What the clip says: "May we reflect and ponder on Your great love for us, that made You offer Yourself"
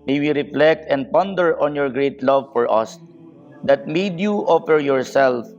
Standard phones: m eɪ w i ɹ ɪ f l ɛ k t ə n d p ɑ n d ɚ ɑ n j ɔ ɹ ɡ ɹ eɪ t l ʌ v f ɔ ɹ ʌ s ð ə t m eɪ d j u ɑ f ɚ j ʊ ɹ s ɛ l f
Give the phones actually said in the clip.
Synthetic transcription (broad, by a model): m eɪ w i ɹ ɪ f l ɛ k t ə n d p ɑ n d ɚ ɑ n j ɔ ɹ ɡ ɹ eɪ t l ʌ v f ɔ ɹ ʌ s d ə t m eɪ d j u ɑ f ɚ j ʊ ɹ s ɛ l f